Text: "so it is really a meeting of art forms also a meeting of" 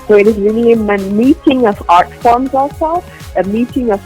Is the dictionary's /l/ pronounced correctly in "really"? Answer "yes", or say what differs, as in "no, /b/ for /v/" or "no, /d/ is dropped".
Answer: no, /n/ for /l/